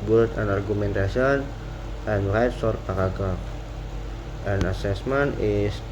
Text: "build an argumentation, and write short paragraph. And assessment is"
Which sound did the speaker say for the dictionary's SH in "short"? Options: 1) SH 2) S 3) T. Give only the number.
2